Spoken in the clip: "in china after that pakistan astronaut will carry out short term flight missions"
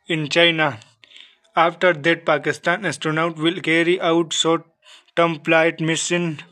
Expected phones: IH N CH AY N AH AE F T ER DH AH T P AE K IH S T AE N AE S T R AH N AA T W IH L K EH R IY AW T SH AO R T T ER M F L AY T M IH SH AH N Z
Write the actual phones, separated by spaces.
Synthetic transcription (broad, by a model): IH N CH AY N AH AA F T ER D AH T P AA K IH S T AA N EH S T R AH N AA T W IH L K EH R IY AW T S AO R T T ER M P L AY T M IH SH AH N